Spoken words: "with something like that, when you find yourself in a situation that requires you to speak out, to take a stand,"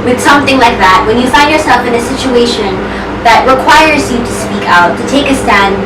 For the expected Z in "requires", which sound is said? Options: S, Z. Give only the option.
Z